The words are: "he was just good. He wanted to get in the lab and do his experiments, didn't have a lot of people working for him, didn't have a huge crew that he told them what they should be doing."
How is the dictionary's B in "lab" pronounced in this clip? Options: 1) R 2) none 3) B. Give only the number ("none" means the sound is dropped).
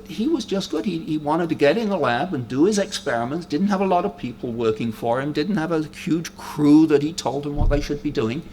3